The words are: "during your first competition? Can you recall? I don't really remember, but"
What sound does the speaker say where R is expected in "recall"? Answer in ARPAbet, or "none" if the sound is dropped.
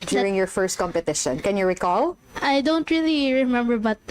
R